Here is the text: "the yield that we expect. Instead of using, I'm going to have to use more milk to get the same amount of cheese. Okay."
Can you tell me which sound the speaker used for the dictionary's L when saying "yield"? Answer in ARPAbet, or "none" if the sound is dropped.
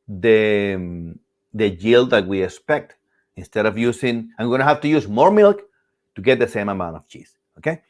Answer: L